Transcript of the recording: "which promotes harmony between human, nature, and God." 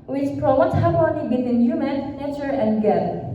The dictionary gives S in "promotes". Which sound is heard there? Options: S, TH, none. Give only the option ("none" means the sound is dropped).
none